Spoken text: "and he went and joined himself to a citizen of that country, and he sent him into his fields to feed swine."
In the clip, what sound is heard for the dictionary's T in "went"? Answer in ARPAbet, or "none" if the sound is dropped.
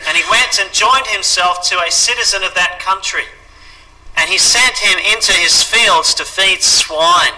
T